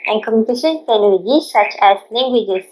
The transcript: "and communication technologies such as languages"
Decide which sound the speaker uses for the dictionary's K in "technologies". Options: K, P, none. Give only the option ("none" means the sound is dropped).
none